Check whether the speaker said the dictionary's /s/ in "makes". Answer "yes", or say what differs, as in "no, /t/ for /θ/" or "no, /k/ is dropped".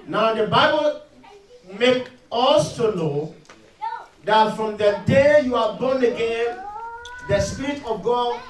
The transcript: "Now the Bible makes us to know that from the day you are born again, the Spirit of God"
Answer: no, /s/ is dropped